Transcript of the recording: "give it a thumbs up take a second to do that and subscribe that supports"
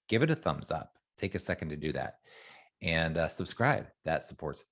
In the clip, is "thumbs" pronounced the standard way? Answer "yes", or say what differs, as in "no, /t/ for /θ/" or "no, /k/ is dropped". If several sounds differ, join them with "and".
yes